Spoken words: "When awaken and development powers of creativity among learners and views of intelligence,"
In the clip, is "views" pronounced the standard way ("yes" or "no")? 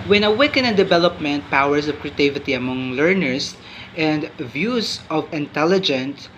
no